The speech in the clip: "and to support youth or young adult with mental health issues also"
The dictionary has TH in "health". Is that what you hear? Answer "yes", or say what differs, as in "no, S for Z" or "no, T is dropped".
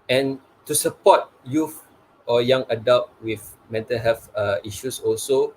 no, F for TH